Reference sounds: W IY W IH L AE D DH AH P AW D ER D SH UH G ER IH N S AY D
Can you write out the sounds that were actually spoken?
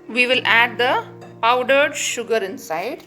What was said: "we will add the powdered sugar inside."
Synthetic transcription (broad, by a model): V IY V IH L AE D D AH P AW D ER D SH UH G ER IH N S AY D